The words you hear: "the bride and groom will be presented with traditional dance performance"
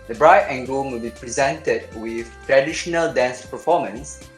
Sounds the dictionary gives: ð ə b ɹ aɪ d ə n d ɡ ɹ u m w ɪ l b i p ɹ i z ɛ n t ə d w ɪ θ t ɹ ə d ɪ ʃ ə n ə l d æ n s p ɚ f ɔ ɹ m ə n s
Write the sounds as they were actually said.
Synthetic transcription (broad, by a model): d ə b ɹ aɪ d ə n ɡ ɔ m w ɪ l b i p ɹ i z ɛ n t ə d w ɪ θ t ɹ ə d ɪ ʃ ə n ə l d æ n s p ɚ f ɔ m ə n s